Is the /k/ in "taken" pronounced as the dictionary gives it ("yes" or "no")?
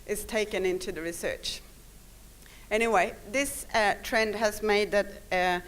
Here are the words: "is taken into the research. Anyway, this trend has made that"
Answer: yes